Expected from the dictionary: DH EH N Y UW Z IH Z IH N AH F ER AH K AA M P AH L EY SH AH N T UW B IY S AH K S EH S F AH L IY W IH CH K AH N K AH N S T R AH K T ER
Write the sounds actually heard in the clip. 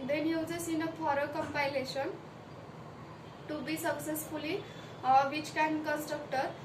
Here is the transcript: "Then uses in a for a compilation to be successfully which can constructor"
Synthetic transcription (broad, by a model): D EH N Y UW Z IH S IH N AH P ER AH K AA M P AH L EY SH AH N T UW B IY S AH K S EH S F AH L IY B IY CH K AH N K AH N S T R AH K T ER